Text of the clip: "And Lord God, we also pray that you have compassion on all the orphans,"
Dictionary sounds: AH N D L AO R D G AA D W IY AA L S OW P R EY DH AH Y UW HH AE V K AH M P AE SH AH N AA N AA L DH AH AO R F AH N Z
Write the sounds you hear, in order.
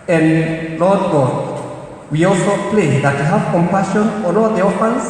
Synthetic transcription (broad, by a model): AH N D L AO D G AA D W IY AA L S OW P L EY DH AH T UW HH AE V K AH M P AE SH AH N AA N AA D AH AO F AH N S